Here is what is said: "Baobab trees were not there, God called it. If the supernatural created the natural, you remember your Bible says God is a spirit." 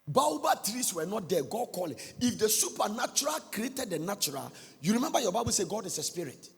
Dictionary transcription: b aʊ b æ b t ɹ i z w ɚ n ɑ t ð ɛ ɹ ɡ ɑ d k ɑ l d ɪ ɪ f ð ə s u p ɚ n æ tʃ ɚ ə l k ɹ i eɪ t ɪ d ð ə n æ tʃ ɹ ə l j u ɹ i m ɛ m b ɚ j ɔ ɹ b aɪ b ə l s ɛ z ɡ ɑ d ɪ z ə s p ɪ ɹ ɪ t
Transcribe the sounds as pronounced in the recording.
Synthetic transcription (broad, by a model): b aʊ b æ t ɹ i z w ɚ n ɑ t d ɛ ɡ ɑ d k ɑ l ɪ ɪ f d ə s u p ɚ n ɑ tʃ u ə l k ɹ i eɪ t ɪ d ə n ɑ tʃ ɹ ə l j u ɹ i m ɛ m b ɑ j ɔ b aɪ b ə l s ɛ ɡ ɑ d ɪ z ə s p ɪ ɹ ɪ t